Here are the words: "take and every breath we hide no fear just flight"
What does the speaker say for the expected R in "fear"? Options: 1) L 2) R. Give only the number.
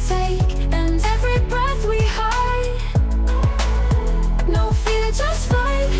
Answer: 1